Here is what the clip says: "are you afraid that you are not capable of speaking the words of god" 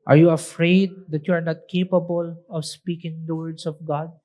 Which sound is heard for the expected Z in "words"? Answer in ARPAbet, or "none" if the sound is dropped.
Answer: S